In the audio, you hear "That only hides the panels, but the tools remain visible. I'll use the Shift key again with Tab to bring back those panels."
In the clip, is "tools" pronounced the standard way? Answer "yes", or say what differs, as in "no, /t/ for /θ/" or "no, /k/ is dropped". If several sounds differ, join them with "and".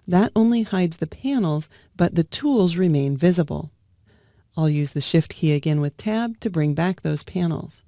yes